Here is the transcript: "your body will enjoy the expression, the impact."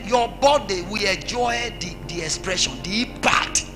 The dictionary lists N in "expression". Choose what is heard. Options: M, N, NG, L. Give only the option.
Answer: N